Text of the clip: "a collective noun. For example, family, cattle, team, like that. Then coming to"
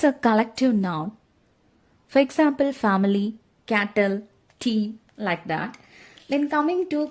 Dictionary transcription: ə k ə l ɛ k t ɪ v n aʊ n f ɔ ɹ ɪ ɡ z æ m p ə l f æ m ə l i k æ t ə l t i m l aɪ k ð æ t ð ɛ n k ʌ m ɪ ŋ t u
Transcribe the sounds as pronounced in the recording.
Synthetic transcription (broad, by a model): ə k ə l ɛ k t ɪ v n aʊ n f ɔ ɹ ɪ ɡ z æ m p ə l f æ m ə l i k æ t ə l t i m l aɪ k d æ t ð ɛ n k ʌ m ɪ ŋ t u